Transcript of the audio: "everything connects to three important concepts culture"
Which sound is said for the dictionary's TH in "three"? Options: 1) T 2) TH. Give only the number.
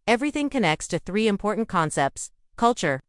2